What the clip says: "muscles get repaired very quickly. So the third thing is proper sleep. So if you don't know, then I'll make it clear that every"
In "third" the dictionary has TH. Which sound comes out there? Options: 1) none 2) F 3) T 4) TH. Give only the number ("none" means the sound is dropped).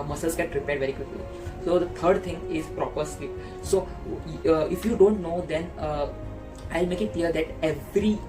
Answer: 3